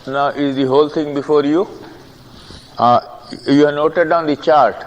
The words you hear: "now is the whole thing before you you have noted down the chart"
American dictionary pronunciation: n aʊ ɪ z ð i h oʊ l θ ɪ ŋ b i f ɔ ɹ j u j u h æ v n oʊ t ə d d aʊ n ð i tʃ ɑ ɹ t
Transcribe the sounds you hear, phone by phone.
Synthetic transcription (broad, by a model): n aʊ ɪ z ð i h oʊ l t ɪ ŋ b i f ɔ ɹ j u j u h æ n oʊ t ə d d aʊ n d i tʃ ɑ ɹ t